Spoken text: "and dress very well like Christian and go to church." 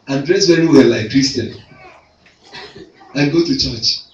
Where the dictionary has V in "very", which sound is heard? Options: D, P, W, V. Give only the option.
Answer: W